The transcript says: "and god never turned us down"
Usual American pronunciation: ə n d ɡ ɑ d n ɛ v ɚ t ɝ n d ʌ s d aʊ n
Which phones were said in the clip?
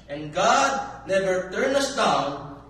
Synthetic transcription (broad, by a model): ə n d ɡ ɑ d n ɛ v ɚ t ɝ n ʌ s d aʊ n